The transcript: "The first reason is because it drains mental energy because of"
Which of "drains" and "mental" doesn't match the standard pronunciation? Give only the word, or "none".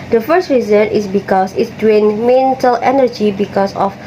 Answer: drains